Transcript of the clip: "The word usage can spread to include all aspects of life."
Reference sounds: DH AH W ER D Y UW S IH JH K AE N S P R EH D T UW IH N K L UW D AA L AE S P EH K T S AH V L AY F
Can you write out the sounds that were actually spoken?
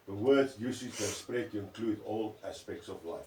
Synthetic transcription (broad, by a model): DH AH W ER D Y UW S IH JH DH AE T S P R EH D T UW IH N K L UW D AA L AE S P EH K T S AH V L AY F